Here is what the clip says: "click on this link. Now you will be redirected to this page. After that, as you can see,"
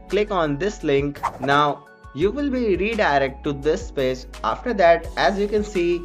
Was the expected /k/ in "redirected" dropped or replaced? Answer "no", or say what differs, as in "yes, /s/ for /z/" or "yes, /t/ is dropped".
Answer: yes, /k/ is dropped